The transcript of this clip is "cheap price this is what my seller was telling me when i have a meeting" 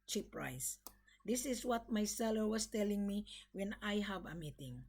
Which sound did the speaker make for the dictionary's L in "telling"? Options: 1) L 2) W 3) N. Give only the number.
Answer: 1